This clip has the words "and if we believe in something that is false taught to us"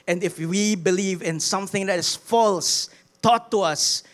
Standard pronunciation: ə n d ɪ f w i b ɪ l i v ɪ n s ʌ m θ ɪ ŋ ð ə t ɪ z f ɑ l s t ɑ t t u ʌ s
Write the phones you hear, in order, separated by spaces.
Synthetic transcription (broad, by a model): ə n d ɪ f w i b ɪ l i v ɪ n s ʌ m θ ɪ ŋ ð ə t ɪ s f ɑ l s t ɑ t t u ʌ s